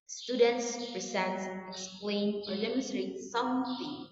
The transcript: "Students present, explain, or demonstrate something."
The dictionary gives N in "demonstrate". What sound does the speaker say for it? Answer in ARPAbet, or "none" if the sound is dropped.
none